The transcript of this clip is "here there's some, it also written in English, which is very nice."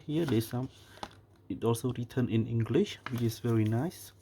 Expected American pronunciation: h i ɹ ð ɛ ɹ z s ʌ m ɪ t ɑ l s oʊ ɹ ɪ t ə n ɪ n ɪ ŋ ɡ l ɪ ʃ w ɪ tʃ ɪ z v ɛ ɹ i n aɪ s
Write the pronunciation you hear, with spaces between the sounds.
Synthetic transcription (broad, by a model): h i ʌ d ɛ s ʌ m ɪ t ɑ l s oʊ ɹ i t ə n ɪ n ɪ ŋ ɡ l ɪ ʃ w ɪ tʃ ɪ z v ɛ ɹ i n aɪ s